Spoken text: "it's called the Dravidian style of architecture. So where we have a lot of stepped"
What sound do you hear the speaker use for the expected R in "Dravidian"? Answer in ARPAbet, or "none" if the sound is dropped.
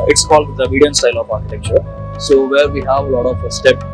none